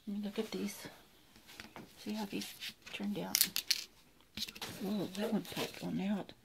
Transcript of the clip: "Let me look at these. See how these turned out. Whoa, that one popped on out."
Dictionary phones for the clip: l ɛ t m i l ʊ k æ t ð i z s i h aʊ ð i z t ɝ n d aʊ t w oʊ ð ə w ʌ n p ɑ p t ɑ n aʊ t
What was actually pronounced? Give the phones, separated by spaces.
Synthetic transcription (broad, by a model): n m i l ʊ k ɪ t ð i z s i h aʊ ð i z t ɝ n d aʊ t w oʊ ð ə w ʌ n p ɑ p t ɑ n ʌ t